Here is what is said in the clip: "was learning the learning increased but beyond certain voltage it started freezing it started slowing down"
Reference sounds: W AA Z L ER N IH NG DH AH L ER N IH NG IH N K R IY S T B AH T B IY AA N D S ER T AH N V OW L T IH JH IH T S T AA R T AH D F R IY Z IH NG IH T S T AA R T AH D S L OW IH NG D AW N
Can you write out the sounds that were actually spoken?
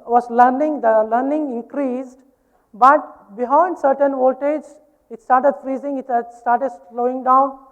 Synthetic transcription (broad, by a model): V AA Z L ER N IH NG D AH L ER N IH NG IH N K R IY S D B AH T B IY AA N D S ER T AH N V OW T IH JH IH T S T AA R T AH D F R IY Z IH NG IH T S T AA R T AH D S L OW IH NG D AW N